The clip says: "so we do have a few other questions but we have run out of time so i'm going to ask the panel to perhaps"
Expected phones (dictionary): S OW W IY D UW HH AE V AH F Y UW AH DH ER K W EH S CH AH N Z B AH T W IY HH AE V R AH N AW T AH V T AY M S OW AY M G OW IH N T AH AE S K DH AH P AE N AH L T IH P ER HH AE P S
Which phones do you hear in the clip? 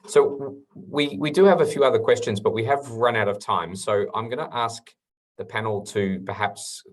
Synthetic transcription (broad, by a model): S OW W IY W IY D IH V AH F Y UW AH DH ER K W EH S CH AH N Z B AH T W IY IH V R AH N AW T AH V T AY M S OW AY M G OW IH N T AE S K DH AH P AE N L T IH P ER HH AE P S